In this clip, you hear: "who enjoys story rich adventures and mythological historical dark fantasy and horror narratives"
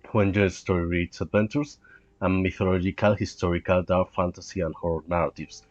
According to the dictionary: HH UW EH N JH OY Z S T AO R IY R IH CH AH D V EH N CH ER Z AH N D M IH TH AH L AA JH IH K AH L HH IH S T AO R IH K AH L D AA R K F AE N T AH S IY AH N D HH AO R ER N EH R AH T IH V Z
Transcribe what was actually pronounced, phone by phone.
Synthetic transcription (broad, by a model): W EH N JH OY S T AO R IY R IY S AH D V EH N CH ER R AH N M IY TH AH L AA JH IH K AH L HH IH S T AO R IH K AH L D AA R F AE N T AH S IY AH N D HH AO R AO N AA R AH T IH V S